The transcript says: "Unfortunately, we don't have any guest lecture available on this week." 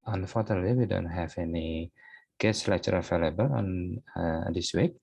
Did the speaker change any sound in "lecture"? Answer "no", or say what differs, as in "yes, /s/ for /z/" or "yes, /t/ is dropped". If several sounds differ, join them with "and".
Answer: yes, /k/ is dropped